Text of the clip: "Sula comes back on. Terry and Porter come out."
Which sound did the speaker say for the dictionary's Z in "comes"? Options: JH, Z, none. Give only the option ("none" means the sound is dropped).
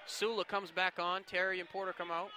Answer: Z